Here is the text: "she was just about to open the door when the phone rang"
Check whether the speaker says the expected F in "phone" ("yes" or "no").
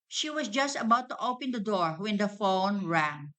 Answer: yes